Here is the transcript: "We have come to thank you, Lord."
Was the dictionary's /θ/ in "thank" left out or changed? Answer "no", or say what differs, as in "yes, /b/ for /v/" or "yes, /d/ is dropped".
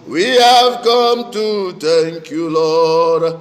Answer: yes, /t/ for /θ/